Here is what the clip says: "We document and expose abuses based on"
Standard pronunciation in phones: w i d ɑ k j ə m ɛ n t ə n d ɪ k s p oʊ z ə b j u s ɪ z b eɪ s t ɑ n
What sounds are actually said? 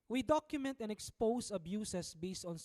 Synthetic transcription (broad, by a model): w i d ɑ k j ə m ɛ n t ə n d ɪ k s p oʊ s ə b j u s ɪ s b eɪ s t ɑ n